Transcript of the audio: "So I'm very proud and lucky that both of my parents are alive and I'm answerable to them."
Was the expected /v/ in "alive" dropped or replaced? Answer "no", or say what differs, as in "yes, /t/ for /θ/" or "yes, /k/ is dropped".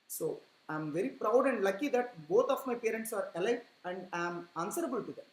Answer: yes, /v/ is dropped